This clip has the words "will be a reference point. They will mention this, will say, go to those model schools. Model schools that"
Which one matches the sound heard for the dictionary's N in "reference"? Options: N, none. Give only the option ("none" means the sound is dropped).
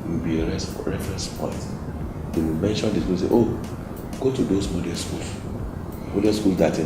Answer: N